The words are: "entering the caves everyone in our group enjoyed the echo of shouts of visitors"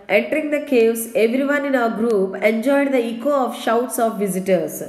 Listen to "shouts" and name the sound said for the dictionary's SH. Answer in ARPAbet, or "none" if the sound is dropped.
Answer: SH